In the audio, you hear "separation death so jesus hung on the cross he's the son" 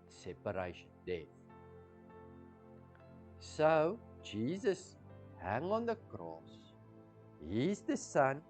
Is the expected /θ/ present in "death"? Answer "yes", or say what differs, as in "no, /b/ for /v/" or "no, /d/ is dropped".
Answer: yes